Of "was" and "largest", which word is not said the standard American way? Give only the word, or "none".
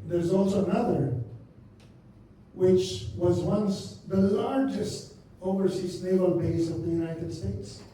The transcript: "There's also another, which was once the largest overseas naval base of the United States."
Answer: none